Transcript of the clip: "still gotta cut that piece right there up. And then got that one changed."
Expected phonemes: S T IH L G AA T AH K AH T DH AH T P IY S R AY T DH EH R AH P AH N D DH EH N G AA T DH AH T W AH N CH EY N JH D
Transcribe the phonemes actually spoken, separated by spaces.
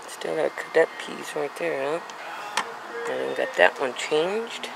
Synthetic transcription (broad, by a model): S T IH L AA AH K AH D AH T P IY S R AY T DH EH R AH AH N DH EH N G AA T DH AH T W AH N CH EY N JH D